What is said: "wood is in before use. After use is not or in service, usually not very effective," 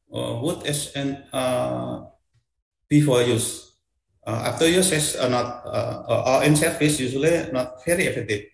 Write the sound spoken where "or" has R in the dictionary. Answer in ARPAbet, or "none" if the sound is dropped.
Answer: L